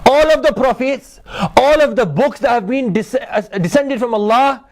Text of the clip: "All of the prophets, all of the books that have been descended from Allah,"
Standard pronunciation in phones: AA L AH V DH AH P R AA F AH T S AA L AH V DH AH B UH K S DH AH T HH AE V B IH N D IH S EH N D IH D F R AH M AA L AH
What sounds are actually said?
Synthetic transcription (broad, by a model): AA L AH V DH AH P R AA F AH T S AA L AH V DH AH B UH K S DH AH T HH AE V B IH N D IH S EH N D IH D F R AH M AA L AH